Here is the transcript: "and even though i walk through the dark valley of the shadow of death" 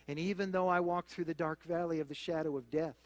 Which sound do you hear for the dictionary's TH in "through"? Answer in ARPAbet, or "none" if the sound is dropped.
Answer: TH